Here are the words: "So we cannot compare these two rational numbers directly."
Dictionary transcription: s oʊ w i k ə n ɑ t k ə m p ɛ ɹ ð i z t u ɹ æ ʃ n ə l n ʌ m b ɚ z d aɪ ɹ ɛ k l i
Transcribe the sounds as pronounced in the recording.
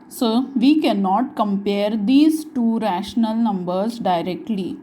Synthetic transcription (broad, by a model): s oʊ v i k ə n ɑ t k ə m p ɛ ɹ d i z t u ɹ æ ʃ n ə l n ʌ m b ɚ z d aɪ ɹ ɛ k l i